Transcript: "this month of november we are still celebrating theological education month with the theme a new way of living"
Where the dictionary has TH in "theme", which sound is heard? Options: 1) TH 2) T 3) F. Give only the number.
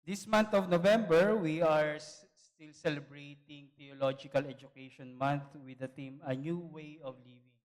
2